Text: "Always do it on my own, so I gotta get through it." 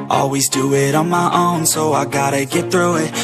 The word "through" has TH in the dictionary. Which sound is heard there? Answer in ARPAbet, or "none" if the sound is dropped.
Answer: TH